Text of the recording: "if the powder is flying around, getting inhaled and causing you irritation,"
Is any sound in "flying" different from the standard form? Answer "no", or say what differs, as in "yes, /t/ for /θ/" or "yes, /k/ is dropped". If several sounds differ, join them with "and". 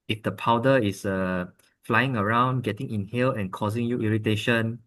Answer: no